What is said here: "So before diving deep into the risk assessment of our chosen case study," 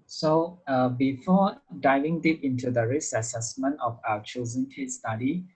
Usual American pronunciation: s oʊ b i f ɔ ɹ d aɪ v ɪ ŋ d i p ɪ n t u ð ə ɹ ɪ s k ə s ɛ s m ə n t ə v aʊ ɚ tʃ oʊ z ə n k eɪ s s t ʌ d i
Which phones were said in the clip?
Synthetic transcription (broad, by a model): s oʊ b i f ɔ d aɪ v ɪ ŋ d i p ɪ n t u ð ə ɹ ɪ s ə s ɛ s m ə n t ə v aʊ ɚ tʃ oʊ z ə n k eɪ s s t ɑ d i